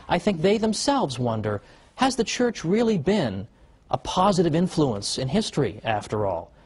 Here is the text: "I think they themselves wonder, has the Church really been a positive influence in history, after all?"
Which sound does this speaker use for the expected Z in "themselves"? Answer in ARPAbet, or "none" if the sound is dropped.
Z